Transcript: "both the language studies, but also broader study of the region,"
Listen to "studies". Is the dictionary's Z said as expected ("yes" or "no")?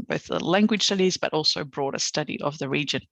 yes